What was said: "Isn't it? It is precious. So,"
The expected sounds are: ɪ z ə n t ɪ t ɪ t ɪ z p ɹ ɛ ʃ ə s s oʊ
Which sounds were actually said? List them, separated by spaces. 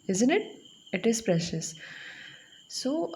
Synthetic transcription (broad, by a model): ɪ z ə n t ɪ t ɪ t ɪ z p ɹ ɛ ʃ ə s s oʊ